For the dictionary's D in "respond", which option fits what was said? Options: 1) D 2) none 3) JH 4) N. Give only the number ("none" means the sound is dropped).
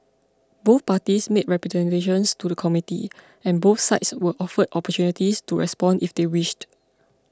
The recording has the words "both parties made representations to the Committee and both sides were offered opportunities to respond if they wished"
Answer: 1